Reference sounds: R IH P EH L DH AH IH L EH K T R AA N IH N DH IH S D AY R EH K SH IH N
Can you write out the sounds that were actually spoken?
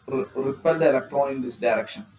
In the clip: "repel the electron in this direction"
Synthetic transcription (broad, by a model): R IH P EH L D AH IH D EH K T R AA IH N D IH S D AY R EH K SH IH N